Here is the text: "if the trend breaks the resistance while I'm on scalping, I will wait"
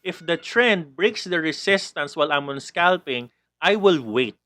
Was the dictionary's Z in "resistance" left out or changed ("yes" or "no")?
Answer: yes